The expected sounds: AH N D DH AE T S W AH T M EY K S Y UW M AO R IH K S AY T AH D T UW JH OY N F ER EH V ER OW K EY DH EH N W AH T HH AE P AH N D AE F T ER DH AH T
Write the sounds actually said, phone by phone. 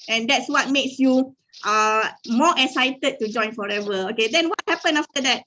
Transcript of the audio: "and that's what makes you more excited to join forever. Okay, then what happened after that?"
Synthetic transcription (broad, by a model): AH N D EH T S W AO T M EY K S Y UW M AO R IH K S AY T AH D T UW JH OY N F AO EH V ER OW K EY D EH N W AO T HH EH P AH N AA F T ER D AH T